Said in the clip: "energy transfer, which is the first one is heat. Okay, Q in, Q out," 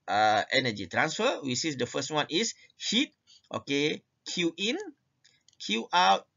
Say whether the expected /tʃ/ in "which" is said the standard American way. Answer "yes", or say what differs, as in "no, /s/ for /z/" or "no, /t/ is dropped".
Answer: no, /s/ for /tʃ/